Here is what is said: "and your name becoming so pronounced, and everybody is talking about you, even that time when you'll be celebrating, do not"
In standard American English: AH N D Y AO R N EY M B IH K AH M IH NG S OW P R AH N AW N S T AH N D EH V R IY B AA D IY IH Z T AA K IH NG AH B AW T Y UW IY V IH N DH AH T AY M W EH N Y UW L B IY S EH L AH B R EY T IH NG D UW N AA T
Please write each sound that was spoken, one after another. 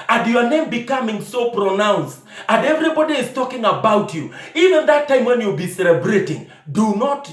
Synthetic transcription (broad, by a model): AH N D Y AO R N EY M B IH K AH M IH NG S OW P R AH N AW N S T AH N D EH V R IY B AA D IY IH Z T AA K IH NG AH B AW T Y UW IY V IH N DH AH T AY M W EH N Y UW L B IY S EH L AH B R EY T IH NG D UW N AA T